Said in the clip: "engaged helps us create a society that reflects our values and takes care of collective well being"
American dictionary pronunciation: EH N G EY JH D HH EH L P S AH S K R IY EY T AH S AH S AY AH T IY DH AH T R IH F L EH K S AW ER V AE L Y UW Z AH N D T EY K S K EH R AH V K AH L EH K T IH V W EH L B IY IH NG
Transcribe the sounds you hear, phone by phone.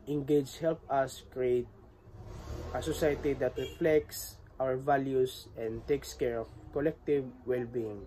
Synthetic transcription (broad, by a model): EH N G EY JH HH EH L P AH S K R IY EY T AH S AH S AY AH T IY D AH T R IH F L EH K S AW ER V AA L Y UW S AH N D T EY K S K EH R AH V K AH L EH K T IH V W EH L B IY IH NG